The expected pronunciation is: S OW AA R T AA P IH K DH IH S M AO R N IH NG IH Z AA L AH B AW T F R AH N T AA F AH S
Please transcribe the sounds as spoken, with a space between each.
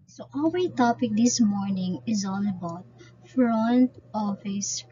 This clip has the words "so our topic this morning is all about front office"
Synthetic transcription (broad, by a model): S OW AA L T AA P IH K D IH S M AO R N IH NG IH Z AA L AH B AW T F R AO N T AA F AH S